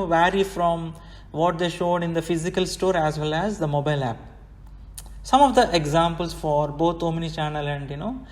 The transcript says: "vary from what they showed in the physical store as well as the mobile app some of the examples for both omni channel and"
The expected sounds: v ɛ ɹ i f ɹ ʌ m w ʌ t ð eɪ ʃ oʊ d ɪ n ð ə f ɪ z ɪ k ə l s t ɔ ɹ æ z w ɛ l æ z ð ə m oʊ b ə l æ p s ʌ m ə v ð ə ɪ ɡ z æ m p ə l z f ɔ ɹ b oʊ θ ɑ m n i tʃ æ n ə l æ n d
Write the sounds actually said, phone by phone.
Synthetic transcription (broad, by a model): v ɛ ɹ i f ɹ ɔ m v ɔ t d eɪ ʃ oʊ d ɪ n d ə f ɪ z ɪ k ə l s t ɔ ɹ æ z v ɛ l æ z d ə m oʊ b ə l æ p s ʌ m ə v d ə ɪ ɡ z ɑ m p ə l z f ɔ ɹ b oʊ t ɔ m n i tʃ æ n ə l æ n d